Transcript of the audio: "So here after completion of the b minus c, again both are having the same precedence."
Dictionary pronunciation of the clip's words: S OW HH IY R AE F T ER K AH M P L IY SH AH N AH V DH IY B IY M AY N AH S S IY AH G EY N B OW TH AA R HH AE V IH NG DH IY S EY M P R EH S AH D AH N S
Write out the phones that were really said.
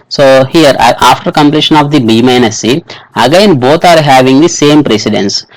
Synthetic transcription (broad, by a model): S OW HH IY R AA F T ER K AH M P L IY SH AH N AH V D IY B IY M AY N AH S S IY AH G EY N B OW T AA R HH AE V IH NG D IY S EY M P R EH S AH D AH N S